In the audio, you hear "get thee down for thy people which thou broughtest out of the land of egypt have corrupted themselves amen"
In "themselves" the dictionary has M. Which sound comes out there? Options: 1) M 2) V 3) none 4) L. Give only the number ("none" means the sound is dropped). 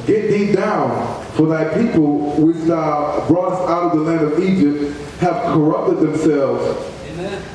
1